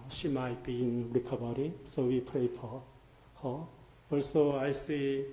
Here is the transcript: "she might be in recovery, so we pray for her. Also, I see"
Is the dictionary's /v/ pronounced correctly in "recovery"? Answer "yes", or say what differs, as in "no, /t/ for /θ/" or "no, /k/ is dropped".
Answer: no, /b/ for /v/